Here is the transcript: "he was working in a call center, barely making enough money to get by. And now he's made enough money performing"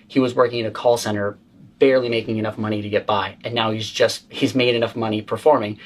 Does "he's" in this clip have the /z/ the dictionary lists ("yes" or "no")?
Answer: yes